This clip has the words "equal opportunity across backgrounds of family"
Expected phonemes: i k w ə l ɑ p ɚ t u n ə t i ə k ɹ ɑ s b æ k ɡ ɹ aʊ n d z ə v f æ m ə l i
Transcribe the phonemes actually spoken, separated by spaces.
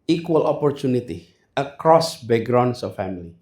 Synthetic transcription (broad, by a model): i k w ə l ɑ p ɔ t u n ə t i ə k ɹ ɑ s b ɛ ɡ ɹ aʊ n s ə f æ m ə l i